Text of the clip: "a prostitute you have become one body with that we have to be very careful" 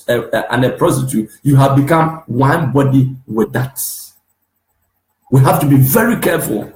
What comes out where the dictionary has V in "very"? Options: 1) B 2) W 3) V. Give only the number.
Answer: 3